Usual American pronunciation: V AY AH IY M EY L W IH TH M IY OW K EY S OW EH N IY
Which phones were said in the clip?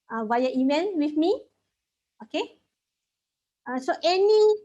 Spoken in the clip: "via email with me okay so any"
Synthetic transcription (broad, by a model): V AY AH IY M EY N W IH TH M IY OW K EY S OW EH N IY